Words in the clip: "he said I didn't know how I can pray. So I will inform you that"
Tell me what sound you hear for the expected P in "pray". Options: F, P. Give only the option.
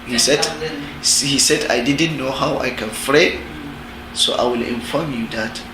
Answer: F